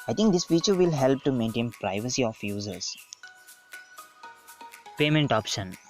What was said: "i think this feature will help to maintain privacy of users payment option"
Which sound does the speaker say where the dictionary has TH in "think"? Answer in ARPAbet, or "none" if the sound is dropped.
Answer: T